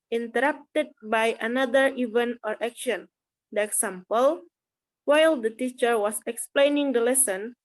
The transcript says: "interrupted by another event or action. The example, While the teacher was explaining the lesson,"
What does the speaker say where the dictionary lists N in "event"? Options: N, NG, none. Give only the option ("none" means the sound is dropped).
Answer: N